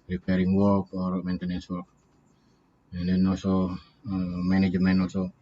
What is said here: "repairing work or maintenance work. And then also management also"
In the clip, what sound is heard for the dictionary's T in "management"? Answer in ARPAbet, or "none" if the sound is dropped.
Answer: none